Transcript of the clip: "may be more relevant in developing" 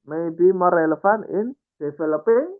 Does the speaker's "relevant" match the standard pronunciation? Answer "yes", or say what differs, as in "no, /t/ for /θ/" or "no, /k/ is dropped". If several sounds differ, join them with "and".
no, /f/ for /v/ and /t/ is dropped